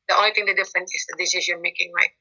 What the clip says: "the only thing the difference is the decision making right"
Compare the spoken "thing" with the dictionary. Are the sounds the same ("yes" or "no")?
no